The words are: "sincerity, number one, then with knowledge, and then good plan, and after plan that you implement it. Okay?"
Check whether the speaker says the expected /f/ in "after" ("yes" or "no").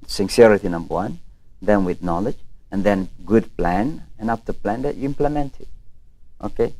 no